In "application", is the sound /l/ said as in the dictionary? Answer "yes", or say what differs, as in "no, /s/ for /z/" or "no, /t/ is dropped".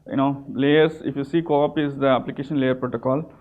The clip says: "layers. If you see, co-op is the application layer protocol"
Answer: yes